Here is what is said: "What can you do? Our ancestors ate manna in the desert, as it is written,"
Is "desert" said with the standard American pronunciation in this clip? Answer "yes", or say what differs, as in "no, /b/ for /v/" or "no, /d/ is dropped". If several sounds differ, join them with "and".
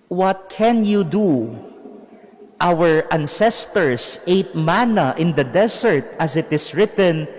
no, /s/ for /z/